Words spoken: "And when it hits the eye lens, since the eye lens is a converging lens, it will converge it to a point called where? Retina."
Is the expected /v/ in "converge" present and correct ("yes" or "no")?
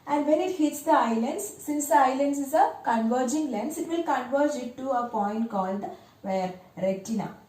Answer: yes